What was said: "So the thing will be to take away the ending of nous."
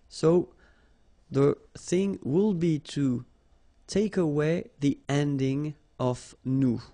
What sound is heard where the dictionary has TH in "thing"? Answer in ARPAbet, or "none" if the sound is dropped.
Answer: TH